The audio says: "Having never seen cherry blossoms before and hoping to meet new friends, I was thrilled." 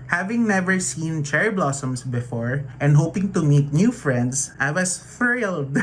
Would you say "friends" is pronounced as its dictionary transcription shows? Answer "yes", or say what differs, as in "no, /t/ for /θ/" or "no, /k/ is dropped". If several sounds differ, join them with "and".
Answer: no, /s/ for /z/